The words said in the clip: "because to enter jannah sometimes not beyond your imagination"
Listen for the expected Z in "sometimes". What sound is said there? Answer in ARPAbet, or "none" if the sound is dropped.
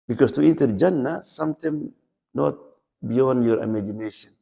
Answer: none